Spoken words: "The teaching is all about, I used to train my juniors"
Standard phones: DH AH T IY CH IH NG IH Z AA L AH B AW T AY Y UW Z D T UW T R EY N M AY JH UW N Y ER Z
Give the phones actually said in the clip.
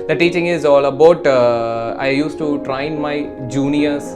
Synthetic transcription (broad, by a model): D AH T IY CH IH NG IH Z AA L AH B AW T AY Y UW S T UW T R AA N M AY JH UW N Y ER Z